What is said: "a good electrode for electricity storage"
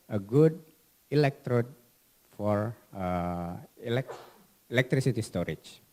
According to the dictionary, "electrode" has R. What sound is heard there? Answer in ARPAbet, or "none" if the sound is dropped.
R